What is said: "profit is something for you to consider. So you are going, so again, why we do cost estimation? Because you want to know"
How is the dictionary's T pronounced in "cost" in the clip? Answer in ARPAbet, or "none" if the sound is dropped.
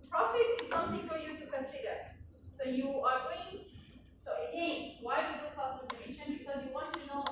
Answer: none